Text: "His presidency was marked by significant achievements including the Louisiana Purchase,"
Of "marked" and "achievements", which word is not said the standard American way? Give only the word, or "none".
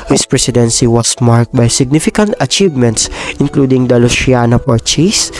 none